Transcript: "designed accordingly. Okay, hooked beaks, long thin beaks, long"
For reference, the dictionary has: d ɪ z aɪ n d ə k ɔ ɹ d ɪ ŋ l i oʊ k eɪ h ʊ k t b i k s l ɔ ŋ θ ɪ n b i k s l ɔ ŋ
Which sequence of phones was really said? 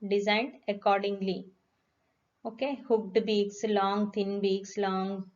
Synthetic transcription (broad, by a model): d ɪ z aɪ n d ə k ɔ ɹ d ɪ ŋ l i oʊ k eɪ h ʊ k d b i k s l ɔ ŋ t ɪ n b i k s l ɔ ŋ